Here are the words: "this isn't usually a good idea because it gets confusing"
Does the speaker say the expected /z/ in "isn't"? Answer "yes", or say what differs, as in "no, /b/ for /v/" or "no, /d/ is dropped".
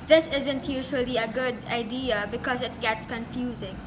yes